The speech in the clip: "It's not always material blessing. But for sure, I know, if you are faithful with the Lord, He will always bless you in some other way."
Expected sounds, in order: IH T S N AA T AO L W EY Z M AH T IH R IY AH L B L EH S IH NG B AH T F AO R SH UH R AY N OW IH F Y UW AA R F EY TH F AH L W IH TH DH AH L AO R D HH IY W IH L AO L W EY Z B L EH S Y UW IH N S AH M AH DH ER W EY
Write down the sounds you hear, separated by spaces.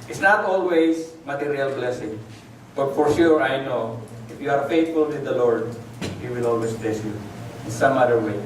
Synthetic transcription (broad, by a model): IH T S N AA T AO L W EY S M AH T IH R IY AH L B L EH S IH NG B AH T F AO R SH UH R AY N OW IH F Y UW AA R F EY T F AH L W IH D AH L AO R D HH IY W IH L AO L W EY S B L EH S Y UW IH N S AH M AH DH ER W EY